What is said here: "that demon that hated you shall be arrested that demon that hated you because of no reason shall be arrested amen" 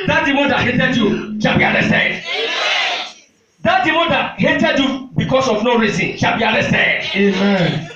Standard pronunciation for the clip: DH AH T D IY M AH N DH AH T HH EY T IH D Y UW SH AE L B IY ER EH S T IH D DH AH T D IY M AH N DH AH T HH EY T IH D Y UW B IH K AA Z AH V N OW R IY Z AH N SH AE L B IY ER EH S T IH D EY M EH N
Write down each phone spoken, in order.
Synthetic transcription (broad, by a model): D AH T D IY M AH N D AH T HH EY T IH D Y UW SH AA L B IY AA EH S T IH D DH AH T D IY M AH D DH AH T HH EY T IH D Y UW B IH K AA S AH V N OW R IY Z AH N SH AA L B IY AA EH S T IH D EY M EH N